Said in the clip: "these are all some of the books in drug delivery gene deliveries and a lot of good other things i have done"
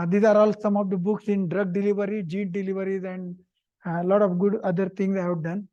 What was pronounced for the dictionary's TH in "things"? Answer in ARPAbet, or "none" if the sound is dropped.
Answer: T